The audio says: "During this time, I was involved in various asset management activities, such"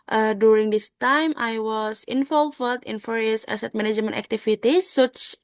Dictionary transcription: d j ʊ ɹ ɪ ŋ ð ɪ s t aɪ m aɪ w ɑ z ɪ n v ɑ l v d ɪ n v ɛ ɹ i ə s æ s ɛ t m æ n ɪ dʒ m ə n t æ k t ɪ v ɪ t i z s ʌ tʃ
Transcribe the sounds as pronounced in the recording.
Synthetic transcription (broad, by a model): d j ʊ ɹ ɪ ŋ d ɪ s t aɪ m aɪ w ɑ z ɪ n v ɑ l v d ɪ n f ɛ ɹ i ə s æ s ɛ t m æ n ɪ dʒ m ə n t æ k t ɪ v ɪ t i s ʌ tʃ